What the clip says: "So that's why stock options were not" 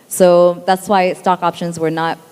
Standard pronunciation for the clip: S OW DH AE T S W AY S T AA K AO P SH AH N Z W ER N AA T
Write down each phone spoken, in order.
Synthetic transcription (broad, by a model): S OW DH AE T S W AY S T AA K AO P SH AH N Z W ER N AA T